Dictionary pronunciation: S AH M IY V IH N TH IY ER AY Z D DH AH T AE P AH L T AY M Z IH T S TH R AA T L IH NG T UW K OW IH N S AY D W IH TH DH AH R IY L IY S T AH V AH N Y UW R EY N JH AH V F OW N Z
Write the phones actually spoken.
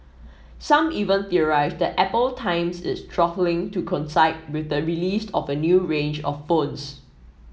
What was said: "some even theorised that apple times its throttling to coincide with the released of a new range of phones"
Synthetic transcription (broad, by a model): S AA M IY V IH N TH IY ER AY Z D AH T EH P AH L T AY M S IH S T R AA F L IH NG T UW K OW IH N S AY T W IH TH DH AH R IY L IY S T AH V AH N Y UW R EY N JH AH F OW N S